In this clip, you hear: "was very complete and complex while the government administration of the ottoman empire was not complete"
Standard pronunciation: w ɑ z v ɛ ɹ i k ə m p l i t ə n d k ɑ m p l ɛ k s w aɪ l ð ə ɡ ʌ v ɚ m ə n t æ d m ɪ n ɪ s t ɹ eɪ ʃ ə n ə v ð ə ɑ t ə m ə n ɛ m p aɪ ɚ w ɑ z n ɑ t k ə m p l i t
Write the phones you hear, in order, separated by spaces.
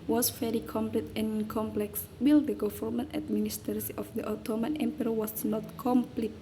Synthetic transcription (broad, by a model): w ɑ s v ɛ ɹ i k ə m p l i t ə n k ɑ m p l ɛ k s w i l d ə ɡ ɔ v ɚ m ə n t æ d m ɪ n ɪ s t eɪ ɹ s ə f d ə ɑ t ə m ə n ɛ m p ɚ w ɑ s n ɑ t k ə m p l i t